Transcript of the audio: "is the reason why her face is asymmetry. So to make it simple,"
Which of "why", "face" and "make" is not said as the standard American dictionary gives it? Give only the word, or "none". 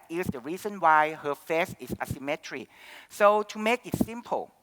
none